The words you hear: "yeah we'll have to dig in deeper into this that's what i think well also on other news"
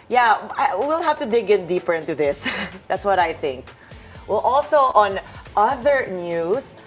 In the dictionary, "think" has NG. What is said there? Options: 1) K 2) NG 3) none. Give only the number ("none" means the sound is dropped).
2